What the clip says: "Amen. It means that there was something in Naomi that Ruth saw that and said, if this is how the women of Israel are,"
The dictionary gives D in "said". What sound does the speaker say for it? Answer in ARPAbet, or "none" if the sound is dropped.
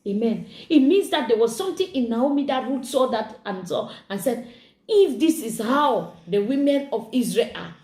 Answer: D